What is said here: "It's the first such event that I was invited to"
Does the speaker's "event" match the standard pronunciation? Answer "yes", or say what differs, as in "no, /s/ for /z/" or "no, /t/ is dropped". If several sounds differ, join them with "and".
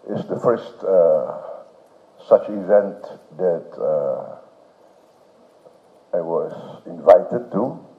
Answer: yes